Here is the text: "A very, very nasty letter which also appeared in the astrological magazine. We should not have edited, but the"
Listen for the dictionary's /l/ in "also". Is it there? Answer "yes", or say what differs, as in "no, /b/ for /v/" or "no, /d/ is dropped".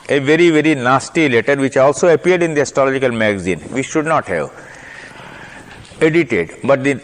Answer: yes